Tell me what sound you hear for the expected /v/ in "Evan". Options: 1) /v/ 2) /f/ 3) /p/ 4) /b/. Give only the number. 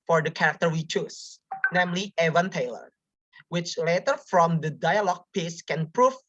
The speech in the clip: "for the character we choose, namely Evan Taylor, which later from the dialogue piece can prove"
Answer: 1